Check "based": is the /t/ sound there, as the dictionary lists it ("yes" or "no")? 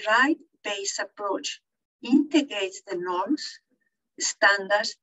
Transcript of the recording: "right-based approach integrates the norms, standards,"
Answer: no